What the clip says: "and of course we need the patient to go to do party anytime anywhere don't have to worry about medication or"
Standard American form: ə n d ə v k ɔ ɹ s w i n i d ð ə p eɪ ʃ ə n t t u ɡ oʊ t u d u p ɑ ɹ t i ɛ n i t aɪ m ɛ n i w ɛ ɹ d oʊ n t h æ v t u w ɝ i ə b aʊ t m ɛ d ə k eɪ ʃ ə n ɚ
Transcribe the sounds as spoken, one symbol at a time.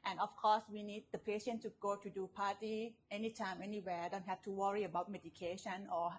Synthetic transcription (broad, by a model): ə n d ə f k ɔ s w i n i d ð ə p eɪ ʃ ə n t t u ɡ oʊ t u d u p ɑ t i ɛ n i t aɪ m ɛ n i w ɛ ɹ d oʊ n t h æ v t u w ɝ i ə b aʊ t m ɛ d ə k eɪ ʃ ə n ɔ